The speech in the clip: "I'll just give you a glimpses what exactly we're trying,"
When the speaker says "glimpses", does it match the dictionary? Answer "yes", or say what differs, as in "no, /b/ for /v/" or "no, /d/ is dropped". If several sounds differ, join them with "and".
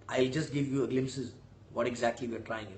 yes